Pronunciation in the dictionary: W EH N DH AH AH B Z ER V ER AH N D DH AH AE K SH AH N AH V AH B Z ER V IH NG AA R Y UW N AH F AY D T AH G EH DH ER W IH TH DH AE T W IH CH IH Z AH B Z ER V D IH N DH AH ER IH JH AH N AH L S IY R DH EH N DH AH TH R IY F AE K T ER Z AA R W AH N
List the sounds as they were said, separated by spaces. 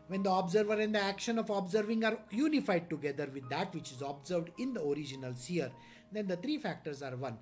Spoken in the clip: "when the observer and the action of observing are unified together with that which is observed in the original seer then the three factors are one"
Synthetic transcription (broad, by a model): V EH N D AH AH B Z ER V ER AH N D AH AE K SH AH N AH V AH B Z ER V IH NG AA R Y UW N AH F AY D T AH G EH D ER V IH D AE T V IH CH IH Z AH B Z ER V D IH N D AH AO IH JH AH N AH L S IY R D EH N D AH T R IY F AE K T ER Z AA R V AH N